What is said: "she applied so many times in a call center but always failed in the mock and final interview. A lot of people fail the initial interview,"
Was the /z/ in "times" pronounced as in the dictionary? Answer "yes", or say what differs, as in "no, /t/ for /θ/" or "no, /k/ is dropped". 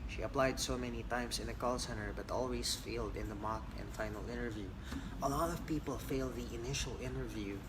no, /s/ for /z/